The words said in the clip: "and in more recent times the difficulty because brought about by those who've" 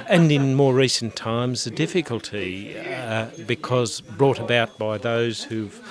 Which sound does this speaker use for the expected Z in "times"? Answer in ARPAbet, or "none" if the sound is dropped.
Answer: Z